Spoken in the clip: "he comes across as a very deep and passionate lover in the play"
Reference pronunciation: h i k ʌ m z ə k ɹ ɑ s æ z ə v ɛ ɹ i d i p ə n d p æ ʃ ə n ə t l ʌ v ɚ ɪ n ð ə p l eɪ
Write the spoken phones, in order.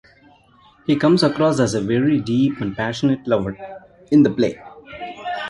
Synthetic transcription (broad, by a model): h i k ʌ m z ə k ɹ ɑ s æ z ə v ɛ ɹ i d i p ə n d p æ ʃ ə n ə t l ʌ v ɚ ɪ n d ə p l eɪ